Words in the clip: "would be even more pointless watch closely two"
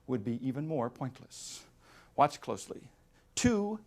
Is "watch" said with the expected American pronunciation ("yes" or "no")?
yes